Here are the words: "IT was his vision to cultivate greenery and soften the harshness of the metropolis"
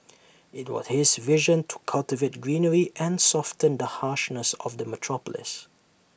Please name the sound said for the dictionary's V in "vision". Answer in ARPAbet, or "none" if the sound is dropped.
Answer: V